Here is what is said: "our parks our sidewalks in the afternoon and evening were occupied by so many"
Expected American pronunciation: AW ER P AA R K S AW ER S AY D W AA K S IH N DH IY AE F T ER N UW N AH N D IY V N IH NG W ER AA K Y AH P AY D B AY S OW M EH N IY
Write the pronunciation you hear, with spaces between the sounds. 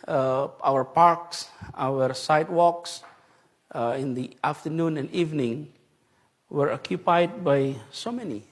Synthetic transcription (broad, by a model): AW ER P AA R K S AW ER S AY D W AA K S IH N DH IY AE F T ER N UW N AH N D IY V N IH NG W ER AA K Y AH P AY D B AY S OW M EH N IY